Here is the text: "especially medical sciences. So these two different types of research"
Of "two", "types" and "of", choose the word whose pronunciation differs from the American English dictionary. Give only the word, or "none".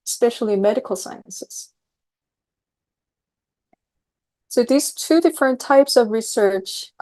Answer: none